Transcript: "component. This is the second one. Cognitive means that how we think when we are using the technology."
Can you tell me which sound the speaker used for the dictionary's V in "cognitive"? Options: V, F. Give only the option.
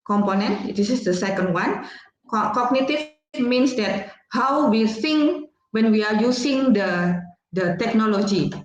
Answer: F